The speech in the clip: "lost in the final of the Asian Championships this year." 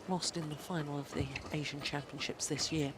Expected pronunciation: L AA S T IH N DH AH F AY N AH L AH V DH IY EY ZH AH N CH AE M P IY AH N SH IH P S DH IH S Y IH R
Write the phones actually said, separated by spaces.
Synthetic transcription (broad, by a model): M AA S T IH N DH AH F AY N AH L AH V DH IY EY ZH AH N CH AE M P IY AH N SH IH P S DH IH S Y IH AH